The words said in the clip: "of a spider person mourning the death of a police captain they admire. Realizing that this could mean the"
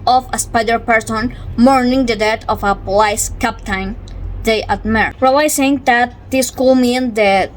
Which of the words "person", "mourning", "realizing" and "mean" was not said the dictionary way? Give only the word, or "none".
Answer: realizing